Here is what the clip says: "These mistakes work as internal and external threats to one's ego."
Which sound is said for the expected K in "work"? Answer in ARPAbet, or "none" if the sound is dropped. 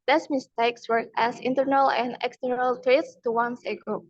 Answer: none